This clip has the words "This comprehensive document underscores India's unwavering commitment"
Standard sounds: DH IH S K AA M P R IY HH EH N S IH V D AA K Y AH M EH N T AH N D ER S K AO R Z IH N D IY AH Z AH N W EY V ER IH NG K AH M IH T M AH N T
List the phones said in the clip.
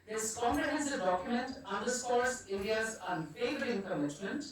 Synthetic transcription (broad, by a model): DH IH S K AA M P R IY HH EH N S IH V D AA K Y AH M EH N T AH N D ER S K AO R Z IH D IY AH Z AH N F EY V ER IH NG K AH M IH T M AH N T